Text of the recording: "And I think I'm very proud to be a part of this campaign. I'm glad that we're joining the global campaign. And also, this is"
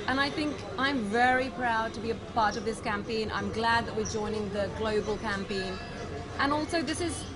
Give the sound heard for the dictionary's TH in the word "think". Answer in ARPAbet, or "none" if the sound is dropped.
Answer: TH